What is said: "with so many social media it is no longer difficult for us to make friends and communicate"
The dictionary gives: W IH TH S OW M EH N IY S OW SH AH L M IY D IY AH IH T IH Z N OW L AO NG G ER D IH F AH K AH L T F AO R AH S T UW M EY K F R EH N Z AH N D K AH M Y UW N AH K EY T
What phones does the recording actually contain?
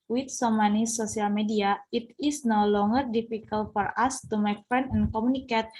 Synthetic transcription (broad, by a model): W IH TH S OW M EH N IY S OW S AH L M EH D IY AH IH T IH S N OW L AO NG G ER D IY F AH K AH L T F AO R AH S T UW M EY K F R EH N AH N K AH M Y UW N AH K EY T